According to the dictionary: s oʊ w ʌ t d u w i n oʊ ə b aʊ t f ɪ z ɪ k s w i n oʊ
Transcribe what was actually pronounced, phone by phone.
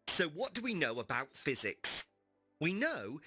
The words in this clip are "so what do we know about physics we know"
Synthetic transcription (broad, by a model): s oʊ w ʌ t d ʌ w i n oʊ ə b aʊ t f ɪ z ɪ k s w i n oʊ